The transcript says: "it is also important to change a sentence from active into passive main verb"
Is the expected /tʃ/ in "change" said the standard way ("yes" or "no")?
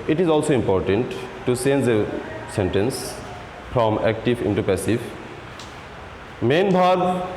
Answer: no